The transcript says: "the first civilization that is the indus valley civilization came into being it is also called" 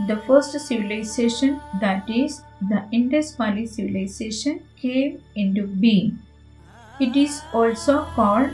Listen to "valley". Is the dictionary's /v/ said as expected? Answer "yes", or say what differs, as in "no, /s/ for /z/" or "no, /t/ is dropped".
no, /p/ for /v/